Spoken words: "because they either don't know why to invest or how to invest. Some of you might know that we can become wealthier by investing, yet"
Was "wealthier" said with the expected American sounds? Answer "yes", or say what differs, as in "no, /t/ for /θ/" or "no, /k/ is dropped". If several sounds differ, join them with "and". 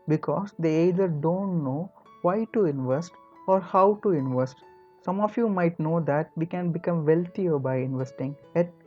no, /t/ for /θ/